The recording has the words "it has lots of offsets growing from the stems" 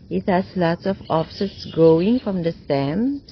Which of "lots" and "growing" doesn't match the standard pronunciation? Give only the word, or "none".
growing